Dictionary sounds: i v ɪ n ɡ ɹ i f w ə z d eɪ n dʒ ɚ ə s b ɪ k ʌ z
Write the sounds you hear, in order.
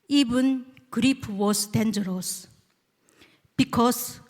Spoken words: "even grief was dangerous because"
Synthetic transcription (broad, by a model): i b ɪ n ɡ ɹ i p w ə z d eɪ n dʒ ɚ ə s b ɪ k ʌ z